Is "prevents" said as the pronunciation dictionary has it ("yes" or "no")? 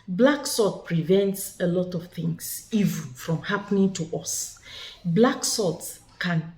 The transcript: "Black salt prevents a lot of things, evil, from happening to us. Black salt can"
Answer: yes